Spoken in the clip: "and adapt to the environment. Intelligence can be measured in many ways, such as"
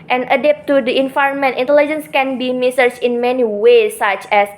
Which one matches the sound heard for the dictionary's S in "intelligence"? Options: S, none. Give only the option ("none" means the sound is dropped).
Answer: S